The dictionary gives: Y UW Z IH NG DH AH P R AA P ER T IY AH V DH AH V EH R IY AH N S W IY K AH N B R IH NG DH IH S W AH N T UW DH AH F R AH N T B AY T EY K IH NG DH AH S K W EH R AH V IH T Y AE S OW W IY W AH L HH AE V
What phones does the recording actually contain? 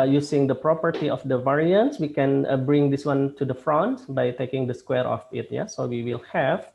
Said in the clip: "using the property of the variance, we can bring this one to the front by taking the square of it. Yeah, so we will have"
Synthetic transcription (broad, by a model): Y UW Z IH NG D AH P R AA P ER T IY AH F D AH V EH R IY AH N S W IY K AH N B R IH NG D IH S W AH N T UW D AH F R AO N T B AY T EY K IH NG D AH S K W EH R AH F IH T Y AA S OW W IY W AH L HH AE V